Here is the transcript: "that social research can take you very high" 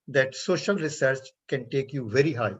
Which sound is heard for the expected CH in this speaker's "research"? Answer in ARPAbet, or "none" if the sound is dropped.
CH